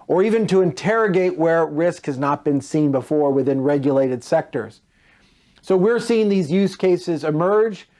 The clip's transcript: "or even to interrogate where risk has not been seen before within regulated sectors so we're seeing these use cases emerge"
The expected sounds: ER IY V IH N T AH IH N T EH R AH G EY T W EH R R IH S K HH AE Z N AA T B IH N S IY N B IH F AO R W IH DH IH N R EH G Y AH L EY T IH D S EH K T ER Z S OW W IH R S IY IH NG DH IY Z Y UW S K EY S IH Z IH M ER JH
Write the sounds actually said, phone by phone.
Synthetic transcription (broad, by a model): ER IY V IH N T AH IH N T EH R AH G EY T W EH R R IH S K HH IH Z N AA T B IH N S IY N B IH F AO R W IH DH IH N R EH G Y AH L EY T IH D S EH K T ER Z S OW W IH R S IY IH NG DH IY Z Y UW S K EY S IH Z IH M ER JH